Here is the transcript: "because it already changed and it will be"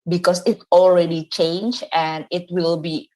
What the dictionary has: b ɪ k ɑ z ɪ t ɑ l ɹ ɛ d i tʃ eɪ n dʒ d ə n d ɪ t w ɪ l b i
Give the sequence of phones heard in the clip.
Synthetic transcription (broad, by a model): b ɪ k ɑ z ɪ t ɑ l ɹ ɛ d i tʃ eɪ n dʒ ə n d ɪ t w ɪ l b i